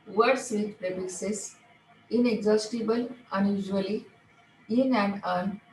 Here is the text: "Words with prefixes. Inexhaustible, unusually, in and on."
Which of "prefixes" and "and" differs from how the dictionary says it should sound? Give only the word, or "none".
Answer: prefixes